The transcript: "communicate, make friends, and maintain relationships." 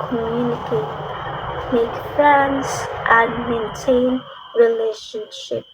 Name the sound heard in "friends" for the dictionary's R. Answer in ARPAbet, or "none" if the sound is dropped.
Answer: none